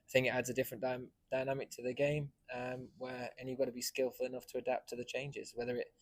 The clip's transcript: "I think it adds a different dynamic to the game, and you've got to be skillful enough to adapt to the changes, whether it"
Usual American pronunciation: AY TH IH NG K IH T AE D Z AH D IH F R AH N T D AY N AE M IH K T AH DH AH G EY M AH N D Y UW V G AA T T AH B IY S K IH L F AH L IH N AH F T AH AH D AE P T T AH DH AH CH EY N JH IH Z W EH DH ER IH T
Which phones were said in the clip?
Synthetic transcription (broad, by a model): AY TH IH NG K IH T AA D Z AH D IH F R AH N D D AY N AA M IH K T AH DH AH G EY M AH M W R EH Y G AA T T AH B IY S K IH L F AH L IH N AH F T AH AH D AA P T T AH DH AH CH EY N JH IH Z W EH DH ER IH T